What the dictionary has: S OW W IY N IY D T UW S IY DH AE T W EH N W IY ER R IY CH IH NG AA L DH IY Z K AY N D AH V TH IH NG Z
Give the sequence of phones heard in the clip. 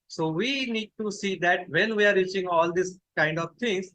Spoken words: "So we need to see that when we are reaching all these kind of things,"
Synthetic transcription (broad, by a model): S OW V IY N IY D T UW S IY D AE T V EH N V IY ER R IY CH IH NG AA L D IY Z K AY N D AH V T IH NG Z